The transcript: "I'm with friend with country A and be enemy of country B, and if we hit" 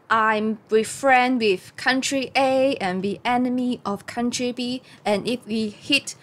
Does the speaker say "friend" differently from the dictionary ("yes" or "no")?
no